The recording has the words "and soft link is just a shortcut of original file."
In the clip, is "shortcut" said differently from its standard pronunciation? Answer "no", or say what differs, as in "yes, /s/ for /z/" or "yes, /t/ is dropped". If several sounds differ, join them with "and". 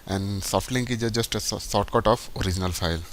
yes, /s/ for /ʃ/